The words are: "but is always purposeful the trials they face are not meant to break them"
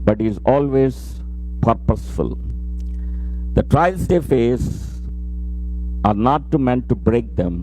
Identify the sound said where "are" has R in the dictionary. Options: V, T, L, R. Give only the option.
R